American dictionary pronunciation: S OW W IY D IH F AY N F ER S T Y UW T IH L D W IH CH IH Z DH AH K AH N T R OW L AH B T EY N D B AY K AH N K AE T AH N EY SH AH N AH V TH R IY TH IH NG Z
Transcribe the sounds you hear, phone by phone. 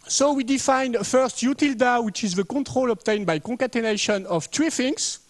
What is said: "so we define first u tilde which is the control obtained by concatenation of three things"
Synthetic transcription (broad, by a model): S OW W IY D IH F AY N F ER S T Y UW T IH L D W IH CH IH Z DH AH K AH T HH OW L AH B T EY N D B AY K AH K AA T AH N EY SH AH N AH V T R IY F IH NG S